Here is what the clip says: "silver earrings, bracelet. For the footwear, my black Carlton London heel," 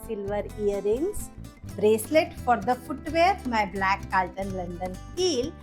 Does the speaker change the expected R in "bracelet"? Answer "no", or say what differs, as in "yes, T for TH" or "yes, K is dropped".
no